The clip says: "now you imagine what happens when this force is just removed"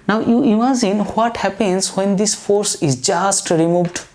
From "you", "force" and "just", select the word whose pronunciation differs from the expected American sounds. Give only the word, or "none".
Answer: none